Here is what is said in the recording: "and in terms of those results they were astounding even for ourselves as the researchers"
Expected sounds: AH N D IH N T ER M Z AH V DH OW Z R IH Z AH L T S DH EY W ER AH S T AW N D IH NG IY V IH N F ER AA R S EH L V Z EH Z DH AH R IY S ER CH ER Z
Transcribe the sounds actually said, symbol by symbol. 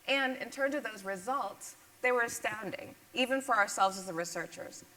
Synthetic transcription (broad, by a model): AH N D IH N T ER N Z AH V DH OW Z R IH Z AH L T S DH EY W ER AH S T AW N D IH NG IY V IH N F ER AA R S EH L V Z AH Z DH AH R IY S ER CH ER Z